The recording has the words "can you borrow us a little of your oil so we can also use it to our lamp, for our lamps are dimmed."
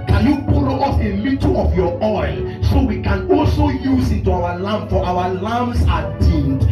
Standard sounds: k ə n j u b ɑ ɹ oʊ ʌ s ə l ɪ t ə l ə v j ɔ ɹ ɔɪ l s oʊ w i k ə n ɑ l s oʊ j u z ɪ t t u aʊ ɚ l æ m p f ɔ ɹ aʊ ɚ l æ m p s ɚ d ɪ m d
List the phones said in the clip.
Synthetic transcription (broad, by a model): k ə n j u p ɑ l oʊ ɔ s ə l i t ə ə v j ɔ ɔɪ l s oʊ w i k ə n ɑ l s oʊ j u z ɪ t t u aʊ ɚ l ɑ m f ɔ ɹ aʊ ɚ l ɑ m s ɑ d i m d